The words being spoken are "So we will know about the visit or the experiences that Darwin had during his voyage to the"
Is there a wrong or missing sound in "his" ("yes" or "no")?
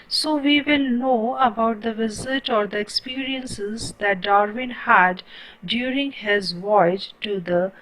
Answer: no